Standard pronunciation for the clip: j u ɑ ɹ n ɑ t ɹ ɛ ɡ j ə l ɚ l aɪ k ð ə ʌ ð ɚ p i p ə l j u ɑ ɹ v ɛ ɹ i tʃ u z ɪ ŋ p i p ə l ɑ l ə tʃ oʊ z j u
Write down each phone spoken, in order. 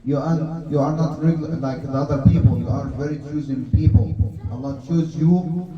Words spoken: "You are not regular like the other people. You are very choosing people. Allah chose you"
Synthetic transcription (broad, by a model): j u ɑ ɹ n ɑ t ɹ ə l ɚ l aɪ k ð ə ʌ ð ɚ p i p ə l j u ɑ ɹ v ɛ ɹ i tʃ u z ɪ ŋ p i p ə l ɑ n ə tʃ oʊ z j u